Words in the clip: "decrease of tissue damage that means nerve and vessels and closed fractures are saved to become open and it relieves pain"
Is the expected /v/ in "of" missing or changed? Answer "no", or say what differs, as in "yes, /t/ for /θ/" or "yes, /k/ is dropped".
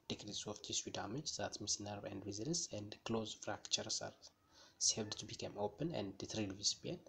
yes, /f/ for /v/